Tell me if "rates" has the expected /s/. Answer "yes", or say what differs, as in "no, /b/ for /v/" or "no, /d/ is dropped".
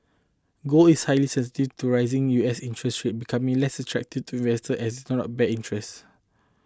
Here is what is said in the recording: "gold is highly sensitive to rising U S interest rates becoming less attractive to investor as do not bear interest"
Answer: no, /s/ is dropped